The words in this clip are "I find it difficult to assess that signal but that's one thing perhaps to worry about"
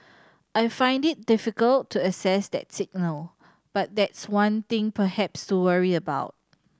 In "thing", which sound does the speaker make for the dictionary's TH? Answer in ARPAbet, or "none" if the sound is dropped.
T